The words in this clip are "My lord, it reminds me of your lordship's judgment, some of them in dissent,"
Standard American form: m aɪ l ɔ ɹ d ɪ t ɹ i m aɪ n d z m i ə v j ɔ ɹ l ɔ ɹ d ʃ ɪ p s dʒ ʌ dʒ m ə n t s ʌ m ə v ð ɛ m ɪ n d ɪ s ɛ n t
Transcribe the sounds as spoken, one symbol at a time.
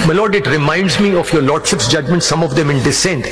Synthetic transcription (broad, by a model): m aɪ l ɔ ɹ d ɪ t ɹ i m aɪ n d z m i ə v j ɔ ɹ l ɔ ɹ d ʃ ɪ p s dʒ ʌ dʒ m ə n t s ʌ m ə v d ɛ m ɪ n d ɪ s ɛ n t